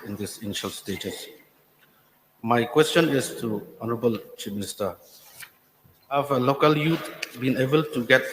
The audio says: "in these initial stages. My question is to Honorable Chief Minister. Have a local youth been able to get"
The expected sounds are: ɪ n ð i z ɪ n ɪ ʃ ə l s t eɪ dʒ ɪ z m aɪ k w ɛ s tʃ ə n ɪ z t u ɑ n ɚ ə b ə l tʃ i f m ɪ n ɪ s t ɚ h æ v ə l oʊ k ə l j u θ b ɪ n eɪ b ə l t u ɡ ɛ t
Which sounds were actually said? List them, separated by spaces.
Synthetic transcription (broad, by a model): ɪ n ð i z ɪ n ɪ ʃ ə l s t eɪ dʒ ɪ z m aɪ k w ɛ s tʃ ə n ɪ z t u ɑ n ɚ ə b ə l tʃ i p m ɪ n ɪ s t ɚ h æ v ə l oʊ k ə l j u t b ɪ n eɪ b ə l t u ɡ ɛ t